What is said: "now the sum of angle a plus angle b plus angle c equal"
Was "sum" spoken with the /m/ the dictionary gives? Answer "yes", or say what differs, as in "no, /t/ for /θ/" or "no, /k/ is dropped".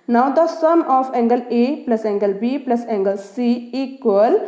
yes